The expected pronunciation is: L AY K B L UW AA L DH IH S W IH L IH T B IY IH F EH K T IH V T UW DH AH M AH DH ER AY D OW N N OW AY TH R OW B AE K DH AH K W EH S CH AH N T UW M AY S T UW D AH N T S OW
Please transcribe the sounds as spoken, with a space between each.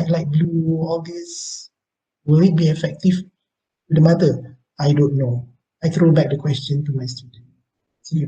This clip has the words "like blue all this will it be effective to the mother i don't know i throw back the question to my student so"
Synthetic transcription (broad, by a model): L AY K B L UW AA L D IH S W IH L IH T B IY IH F EH K T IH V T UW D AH M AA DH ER AY D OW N N OW AY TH R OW B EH K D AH K W EH S CH AH N T UW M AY S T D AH T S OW